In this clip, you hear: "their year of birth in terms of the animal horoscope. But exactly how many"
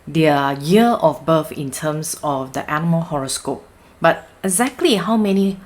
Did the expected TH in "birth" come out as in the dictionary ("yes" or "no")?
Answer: no